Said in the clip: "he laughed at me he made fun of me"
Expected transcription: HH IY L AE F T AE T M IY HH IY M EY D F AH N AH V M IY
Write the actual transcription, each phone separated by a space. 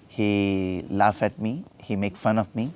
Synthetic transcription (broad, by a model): HH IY L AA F AE T M IY HH IY M EY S F AH N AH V M IY